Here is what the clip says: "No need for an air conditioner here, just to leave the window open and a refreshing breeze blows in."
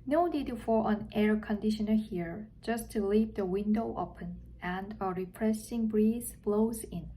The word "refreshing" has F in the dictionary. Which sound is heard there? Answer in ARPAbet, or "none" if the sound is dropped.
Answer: P